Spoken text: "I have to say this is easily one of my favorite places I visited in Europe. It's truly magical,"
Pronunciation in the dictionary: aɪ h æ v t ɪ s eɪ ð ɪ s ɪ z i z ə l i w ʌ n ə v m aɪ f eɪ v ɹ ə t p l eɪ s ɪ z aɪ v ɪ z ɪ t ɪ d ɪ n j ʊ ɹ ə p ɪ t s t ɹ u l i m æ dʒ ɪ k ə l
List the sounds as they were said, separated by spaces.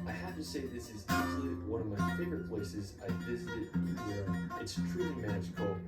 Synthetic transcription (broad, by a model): aɪ h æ f t ɪ s eɪ ð ɪ s ɪ z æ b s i w ʌ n ə v m aɪ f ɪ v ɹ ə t p l eɪ s ɪ z aɪ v ɪ z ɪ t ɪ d ɪ n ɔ ə ɪ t s t ɹ u l i m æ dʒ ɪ k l